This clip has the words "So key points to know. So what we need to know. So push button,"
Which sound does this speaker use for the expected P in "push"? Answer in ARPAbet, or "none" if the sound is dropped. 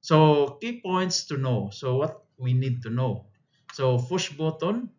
F